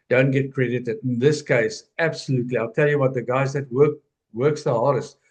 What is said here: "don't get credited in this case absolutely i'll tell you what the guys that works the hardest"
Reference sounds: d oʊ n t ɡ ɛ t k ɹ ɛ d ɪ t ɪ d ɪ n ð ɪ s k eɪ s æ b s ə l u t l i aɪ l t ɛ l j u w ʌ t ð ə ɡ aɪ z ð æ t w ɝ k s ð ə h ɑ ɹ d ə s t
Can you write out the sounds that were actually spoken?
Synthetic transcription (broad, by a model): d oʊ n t ɡ ɛ t k ɹ ɛ d ɪ t ɪ d ɪ n ð ɪ s k eɪ s æ b s ə l u t l i aɪ l t ɛ l j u w ʌ t ð ə ɡ aɪ z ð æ t w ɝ k s ð ə h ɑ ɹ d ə s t